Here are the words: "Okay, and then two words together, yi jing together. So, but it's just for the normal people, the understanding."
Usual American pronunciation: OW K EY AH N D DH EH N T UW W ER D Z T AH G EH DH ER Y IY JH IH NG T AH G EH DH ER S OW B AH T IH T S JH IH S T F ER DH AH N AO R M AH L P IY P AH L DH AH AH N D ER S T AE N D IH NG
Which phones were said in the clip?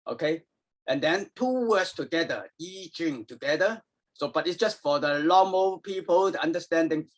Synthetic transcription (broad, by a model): OW K EY AH N D EH N T UW W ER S T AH G EH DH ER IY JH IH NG T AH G EH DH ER S OW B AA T IH T S JH IH S T F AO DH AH L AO M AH P IY P AH L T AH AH N D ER S T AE N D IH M